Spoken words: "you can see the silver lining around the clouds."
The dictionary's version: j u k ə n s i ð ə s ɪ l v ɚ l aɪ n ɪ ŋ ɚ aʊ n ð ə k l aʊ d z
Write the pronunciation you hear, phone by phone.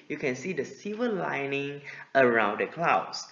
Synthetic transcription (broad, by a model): j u k ə n s i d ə s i v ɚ l aɪ n ɪ ŋ ɚ aʊ n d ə k l aʊ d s